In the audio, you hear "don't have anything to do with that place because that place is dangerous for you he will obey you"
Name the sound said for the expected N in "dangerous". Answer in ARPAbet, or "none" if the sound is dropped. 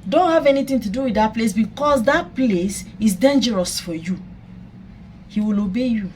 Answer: N